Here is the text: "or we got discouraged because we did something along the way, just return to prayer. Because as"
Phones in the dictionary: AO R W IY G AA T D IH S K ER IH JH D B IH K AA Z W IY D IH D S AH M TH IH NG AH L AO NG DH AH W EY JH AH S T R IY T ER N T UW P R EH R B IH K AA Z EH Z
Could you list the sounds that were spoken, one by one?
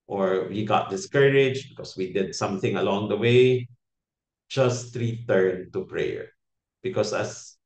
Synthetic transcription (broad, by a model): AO R W IY G AA T D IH S K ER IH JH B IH K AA S W IY D IH D S AH M TH IH NG AH L AO NG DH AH W EY JH AH S T R IY T ER N T UW P R EH R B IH K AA S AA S